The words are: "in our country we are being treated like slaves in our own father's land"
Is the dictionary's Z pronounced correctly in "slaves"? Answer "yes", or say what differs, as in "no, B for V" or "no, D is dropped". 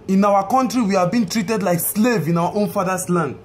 no, Z is dropped